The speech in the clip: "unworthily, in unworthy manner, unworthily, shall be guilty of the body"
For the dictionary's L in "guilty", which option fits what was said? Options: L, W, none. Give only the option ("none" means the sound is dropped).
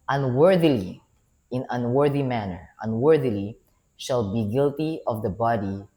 L